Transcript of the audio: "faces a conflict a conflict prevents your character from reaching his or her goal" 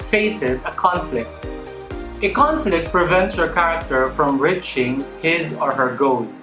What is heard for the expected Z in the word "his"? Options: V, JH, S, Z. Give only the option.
Z